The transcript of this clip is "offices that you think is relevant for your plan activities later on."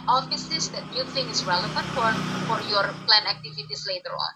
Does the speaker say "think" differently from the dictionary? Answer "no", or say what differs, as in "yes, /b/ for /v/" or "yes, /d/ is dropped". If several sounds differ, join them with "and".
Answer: yes, /k/ is dropped